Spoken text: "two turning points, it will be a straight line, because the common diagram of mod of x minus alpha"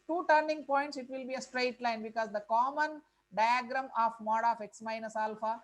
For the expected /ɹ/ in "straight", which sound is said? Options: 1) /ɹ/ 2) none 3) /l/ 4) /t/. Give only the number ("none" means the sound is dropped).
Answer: 1